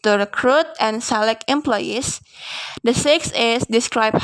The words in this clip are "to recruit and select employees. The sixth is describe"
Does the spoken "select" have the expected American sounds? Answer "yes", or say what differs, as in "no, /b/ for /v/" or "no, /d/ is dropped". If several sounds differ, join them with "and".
no, /t/ is dropped